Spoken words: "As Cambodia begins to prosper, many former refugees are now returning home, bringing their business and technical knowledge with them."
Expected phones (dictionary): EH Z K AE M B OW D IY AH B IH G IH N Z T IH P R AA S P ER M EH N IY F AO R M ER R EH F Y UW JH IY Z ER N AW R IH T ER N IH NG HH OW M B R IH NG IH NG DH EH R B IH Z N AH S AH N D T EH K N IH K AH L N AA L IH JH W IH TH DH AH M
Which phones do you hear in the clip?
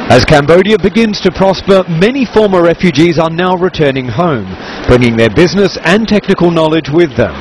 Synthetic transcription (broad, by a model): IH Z K AE M B OW D IY AH B IH G IH N Z T IH P R AA S P ER M EH N IY F AO R M ER R EH F Y UW JH IY Z ER N AW R IH T ER N IH NG HH OW M B R IH NG IH NG DH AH R B IH Z N AH S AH N T EH K N IH K AH L N AA L IH JH W IH DH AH M